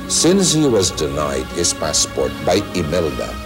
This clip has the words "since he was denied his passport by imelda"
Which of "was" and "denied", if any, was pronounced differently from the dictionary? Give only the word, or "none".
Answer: none